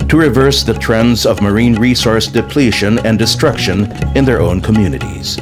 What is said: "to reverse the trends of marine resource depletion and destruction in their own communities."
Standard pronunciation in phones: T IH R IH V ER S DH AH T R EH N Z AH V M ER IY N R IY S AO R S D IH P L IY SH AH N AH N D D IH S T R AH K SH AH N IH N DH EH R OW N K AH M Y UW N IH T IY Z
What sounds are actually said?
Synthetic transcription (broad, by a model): T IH R IH V ER S DH AH T R EH N Z AH V M ER IY N R IY S AO R S D IH P L IY SH AH N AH N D D IH S T R AH K SH AH N IH N DH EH R OW N K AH M Y UW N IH T IY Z